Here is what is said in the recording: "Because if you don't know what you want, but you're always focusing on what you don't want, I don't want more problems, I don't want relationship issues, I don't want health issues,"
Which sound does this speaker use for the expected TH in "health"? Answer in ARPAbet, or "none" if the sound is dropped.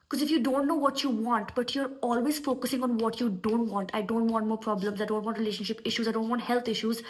T